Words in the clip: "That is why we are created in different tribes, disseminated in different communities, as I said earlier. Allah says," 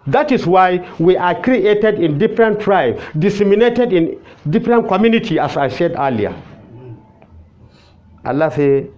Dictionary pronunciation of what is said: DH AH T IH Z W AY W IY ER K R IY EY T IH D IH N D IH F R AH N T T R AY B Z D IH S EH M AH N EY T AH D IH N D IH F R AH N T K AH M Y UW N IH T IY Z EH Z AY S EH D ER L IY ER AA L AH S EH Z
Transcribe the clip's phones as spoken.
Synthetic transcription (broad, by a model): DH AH T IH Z W AY W IY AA K R IY EY T IH D IH N D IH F R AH N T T R AY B D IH S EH M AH N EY T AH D IH N D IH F R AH N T K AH M Y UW N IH T IY AA S AY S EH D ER L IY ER AA L AH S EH